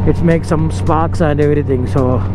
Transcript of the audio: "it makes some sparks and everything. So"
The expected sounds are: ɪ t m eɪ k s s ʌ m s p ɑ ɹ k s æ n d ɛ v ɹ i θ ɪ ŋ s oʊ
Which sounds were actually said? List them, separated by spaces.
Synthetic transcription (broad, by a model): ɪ t m eɪ k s s ʌ m s p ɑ k s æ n d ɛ v ɹ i t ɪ ŋ s oʊ